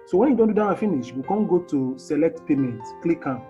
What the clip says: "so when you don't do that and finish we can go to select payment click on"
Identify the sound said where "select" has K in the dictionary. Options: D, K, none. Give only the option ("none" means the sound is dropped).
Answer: K